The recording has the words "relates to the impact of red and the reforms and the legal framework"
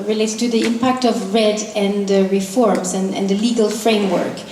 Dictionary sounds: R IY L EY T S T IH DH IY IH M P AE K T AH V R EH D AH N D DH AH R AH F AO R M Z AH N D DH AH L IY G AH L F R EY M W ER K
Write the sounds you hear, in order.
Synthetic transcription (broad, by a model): R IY L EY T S T IH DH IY IH M P AE K T AH V R EH D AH N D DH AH R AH F AO R M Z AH N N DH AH L IY G AH L F R EY M W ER K